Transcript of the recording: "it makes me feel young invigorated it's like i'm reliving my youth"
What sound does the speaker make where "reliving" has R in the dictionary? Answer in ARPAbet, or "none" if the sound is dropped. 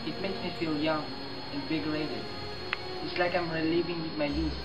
L